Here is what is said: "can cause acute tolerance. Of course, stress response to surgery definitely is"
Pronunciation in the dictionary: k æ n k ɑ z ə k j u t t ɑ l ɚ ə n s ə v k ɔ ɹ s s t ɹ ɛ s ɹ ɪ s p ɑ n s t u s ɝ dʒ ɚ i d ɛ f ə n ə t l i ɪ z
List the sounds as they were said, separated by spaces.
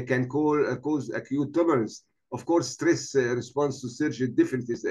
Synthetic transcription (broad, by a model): k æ n k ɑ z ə k j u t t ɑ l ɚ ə n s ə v k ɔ ɹ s s t ɹ ɛ s ɹ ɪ s p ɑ n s t u s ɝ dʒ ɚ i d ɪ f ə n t i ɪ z